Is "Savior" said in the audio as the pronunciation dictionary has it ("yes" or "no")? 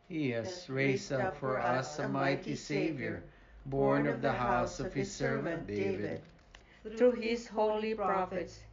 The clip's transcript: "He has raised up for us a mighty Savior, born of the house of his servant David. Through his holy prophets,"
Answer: yes